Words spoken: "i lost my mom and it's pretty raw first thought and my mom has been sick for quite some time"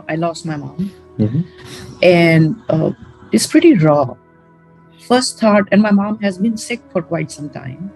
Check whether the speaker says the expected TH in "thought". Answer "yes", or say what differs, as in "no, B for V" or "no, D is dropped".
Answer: no, T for TH